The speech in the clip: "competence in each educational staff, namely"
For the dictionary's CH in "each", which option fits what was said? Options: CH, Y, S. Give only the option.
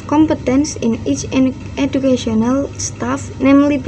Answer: CH